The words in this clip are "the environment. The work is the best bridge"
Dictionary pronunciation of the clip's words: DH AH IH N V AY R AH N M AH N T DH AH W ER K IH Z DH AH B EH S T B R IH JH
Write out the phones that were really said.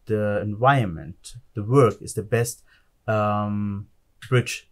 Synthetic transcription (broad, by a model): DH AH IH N V AY AH N M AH N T DH AH W ER K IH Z DH AH B EH S T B R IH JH